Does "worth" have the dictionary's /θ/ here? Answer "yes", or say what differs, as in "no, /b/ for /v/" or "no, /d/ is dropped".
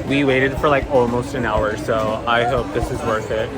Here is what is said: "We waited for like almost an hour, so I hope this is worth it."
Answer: yes